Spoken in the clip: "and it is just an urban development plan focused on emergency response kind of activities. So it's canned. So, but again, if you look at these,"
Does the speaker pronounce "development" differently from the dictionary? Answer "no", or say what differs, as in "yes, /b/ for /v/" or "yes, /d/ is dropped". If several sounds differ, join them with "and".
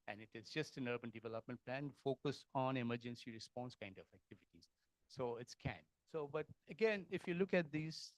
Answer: no